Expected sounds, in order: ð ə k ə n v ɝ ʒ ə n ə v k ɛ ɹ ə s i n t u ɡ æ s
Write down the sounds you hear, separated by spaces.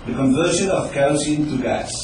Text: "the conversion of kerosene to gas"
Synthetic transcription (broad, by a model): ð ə k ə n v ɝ ʃ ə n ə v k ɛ ə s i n t u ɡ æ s